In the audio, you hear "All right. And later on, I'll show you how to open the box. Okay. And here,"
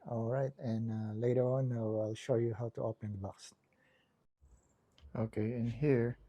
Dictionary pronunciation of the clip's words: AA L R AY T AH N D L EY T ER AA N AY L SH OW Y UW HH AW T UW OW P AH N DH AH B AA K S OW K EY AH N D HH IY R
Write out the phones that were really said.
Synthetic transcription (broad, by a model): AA L R AY T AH N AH L EY T ER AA N AY L SH OW Y UW HH AW T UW OW P AH N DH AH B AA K S OW K EY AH N HH IY R